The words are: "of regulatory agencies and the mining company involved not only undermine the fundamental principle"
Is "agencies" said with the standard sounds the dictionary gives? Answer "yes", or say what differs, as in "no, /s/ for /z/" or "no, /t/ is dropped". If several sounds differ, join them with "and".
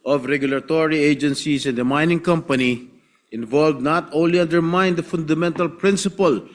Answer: no, /s/ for /z/